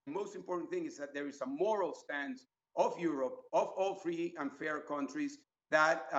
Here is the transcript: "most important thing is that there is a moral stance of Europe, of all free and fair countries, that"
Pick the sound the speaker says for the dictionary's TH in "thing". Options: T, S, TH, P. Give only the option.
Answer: TH